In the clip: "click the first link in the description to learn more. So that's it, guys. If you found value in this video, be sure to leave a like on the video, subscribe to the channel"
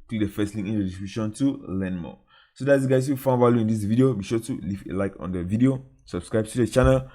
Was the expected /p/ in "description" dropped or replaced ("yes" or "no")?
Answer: yes